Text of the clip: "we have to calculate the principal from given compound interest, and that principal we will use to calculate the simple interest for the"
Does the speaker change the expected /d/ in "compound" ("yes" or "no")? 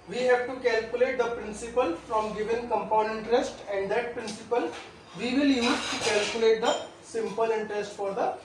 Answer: yes